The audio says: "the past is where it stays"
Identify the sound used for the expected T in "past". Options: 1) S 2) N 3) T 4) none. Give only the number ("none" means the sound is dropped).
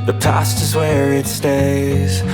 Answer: 3